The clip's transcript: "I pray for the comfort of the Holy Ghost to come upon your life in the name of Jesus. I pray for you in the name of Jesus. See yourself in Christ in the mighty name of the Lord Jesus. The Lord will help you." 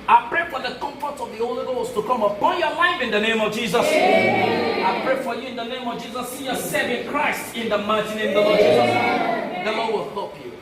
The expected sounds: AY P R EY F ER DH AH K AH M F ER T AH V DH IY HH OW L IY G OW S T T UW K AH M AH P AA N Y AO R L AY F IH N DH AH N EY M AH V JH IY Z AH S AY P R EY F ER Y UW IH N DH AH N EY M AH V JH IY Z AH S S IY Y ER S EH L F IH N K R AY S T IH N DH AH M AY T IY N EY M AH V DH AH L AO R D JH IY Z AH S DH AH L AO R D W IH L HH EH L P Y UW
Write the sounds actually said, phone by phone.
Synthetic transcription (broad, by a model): AY P R EY F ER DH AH K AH M F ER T AH V DH IY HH OW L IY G OW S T T UW K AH M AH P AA N Y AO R L AY F IH N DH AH N EY M AH V JH IY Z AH S AY P R EY F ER Y UW IH N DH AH N EY M AH V JH IY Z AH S S IY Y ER S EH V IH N K R AY S T IH N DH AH M AY T IY N EY AH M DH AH L AO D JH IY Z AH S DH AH L AO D W IH L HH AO P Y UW